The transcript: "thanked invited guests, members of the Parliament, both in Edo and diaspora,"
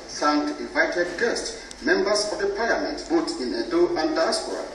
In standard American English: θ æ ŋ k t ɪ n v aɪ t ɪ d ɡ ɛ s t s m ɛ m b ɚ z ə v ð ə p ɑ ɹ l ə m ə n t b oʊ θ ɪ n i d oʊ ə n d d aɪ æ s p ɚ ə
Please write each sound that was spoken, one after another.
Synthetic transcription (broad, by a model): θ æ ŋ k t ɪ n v aɪ t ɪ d ɡ ɛ s t s m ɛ m b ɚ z ə v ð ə p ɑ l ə m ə n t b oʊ t ɪ n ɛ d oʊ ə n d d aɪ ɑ s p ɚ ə